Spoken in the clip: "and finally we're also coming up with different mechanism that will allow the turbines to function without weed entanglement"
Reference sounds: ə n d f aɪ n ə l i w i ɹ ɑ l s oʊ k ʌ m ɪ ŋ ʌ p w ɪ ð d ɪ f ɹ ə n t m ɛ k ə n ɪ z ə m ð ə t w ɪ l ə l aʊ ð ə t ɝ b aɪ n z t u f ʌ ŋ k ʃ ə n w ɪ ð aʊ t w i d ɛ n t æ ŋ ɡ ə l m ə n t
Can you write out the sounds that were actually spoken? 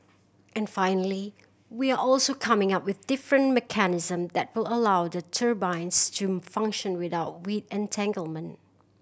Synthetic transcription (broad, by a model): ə n f aɪ n ə l i w i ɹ ɑ l s oʊ k ʌ m ɪ ŋ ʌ p w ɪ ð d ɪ f ɹ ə n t m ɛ k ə n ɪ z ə m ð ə t w ɪ l ə l aʊ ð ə t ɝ b aɪ n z t u f ʌ ŋ k ʃ ə n w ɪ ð aʊ t w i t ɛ n t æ ŋ ɡ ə l m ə n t